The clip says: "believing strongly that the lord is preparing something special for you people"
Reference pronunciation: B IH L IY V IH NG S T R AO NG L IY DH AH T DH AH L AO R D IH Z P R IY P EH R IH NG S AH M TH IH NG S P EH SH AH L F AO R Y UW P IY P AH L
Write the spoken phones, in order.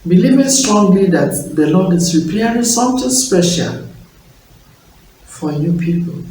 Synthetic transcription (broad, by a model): B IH L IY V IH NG S T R AO NG L IY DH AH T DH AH L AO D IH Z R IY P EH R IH S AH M T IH S P EH SH AH L F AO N Y UW P IY P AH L